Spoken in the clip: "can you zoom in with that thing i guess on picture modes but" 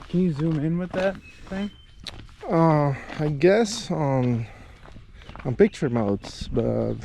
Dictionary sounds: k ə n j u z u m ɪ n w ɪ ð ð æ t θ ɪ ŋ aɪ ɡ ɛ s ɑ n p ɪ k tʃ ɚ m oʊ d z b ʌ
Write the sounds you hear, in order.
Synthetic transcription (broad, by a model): k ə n j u z u m ɪ n w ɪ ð ð æ t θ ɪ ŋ aɪ ɡ ɛ s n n p ɪ k tʃ ɚ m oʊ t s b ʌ